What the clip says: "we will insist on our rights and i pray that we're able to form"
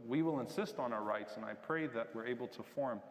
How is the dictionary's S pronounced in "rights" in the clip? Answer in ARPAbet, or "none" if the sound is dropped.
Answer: S